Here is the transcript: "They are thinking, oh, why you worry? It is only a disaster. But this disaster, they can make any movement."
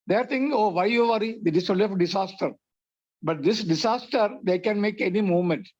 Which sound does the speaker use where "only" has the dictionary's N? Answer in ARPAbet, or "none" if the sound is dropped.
none